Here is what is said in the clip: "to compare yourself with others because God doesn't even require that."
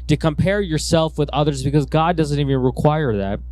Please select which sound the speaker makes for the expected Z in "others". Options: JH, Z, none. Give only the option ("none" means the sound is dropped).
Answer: Z